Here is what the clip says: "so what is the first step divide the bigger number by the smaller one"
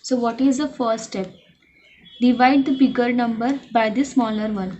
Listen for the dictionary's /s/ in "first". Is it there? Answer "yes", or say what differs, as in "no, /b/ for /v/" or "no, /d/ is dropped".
yes